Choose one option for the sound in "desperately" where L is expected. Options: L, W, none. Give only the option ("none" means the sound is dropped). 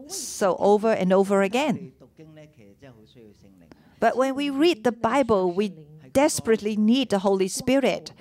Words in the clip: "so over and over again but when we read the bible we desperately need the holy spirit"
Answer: L